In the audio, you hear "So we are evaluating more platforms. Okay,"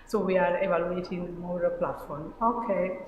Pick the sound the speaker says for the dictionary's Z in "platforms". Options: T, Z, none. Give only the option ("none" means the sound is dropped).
none